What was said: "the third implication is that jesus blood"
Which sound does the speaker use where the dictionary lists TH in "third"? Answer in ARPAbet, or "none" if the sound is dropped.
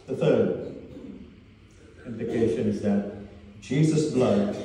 TH